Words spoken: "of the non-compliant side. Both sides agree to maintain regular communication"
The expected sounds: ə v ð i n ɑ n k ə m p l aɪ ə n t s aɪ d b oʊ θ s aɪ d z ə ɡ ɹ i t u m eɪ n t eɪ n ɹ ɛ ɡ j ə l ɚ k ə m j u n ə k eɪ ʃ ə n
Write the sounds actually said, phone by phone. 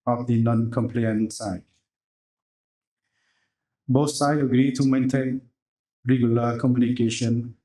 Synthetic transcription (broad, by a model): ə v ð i n ɑ n k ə m p l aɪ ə n s aɪ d b oʊ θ s aɪ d ə ɡ ɹ i t u m eɪ n t eɪ n ɹ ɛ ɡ j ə l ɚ k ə m j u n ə k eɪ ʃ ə n